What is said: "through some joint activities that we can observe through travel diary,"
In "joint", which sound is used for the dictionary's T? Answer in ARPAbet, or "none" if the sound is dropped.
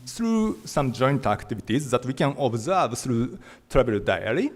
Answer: T